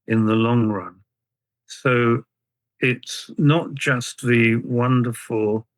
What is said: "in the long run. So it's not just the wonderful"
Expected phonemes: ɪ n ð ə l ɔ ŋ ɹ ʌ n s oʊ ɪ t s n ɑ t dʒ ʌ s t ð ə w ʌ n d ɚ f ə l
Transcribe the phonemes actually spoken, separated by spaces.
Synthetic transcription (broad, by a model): ɪ n ð ə l ɔ ŋ ɹ ʌ n s oʊ ɪ t s n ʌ t dʒ ʌ s t ð ə w ʌ n d ɚ f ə l